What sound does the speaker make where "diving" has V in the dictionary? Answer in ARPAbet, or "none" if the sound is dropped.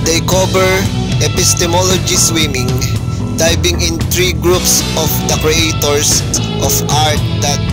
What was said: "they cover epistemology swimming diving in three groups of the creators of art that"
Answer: B